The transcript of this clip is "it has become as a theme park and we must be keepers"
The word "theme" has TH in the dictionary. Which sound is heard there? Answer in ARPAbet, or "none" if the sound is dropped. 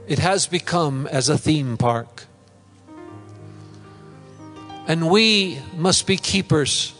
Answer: TH